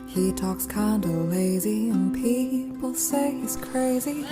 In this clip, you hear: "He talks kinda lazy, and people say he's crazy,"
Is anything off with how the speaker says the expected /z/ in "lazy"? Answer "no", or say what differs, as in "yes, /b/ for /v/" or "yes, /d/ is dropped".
no